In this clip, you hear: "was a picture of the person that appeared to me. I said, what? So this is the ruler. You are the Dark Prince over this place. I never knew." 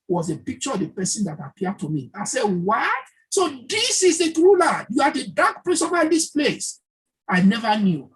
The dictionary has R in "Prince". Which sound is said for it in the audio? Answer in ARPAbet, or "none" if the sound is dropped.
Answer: L